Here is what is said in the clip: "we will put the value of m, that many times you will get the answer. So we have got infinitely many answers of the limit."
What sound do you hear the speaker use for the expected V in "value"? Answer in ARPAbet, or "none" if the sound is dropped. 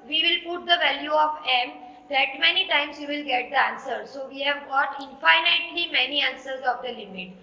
V